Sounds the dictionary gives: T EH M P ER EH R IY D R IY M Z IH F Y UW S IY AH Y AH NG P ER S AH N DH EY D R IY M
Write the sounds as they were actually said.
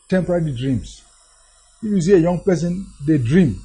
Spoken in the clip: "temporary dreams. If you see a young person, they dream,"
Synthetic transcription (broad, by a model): T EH M P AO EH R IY D R IY M S IH F Y UW S IY AH Y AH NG P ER S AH N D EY D R IY M